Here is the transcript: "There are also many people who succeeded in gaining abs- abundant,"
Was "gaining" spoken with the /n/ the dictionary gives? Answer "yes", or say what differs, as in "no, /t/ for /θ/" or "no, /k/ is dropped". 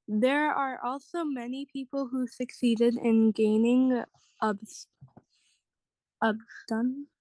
yes